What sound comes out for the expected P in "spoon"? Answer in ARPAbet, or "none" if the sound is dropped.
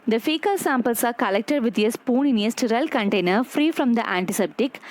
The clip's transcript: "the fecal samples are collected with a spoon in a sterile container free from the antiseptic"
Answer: P